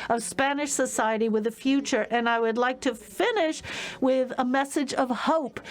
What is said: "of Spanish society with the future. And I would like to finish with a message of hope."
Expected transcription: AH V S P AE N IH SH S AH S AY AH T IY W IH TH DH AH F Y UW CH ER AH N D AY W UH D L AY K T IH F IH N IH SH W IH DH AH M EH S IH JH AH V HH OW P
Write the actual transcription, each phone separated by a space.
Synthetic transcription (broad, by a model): AH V S P AE N IH SH S AH S AY AH T IY W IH DH AH F Y UW CH ER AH N AY W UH D L AY K T IH F IH N IH SH W IH DH AH M EH S IH JH AH V HH OW P